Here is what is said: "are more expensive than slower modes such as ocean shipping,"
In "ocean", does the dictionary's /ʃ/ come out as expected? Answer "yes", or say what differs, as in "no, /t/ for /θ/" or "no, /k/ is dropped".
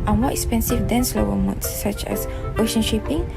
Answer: yes